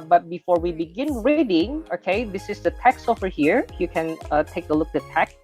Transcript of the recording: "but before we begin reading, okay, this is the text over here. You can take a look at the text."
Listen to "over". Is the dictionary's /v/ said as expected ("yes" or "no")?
no